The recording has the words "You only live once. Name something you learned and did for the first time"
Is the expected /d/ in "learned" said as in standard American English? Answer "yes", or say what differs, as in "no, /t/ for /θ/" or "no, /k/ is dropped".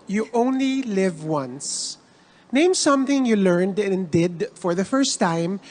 yes